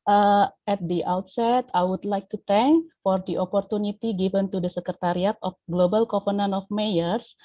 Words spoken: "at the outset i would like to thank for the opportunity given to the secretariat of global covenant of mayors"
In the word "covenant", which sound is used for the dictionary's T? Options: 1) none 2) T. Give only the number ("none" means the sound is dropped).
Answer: 1